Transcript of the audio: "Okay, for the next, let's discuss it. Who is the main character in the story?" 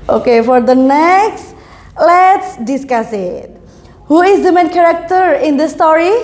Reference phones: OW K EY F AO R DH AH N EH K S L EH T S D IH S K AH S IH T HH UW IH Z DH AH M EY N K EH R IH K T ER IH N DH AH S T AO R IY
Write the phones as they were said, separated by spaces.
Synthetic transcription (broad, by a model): OW K EY F AO R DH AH N EH K S L EH T S D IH S K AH S IH T HH UW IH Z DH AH M EY N K EH R IH K T ER IH N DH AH S T AO R IY